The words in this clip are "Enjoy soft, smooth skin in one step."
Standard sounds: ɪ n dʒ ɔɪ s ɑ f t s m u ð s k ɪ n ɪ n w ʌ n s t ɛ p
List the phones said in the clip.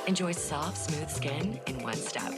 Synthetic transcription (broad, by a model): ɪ n dʒ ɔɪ s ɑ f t s m u ð s k ɪ n ɪ n w ʌ n s t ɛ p